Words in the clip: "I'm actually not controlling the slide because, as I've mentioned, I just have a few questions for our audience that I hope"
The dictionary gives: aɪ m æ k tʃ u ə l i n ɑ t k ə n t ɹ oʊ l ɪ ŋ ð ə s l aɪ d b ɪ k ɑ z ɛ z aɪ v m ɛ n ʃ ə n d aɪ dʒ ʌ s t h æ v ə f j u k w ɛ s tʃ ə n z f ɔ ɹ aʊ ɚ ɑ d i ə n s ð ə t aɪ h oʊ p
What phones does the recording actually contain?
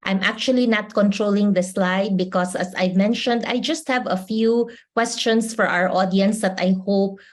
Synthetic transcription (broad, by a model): aɪ m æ k tʃ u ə l i n ɑ t k ə n t ɹ oʊ l ɪ ŋ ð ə s l aɪ d b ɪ k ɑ s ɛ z aɪ v m ɛ n ʃ ə n d aɪ dʒ ʌ s t h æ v ə f j u k w ɛ s tʃ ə n s f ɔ ɹ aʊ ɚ ɑ d i ə n s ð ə t aɪ h oʊ p